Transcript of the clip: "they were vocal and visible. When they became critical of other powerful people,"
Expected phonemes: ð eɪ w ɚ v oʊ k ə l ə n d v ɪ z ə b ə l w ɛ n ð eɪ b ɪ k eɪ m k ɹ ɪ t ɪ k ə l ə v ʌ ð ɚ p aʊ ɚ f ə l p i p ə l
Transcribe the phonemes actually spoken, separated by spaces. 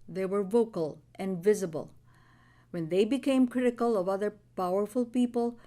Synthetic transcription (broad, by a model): ð eɪ w ɚ v oʊ k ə l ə n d v ɪ z ə b ə l w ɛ n ð eɪ b ɪ k eɪ m k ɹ ɪ t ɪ k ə l ə v ʌ ð ɚ p aʊ ɚ f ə l p i p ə l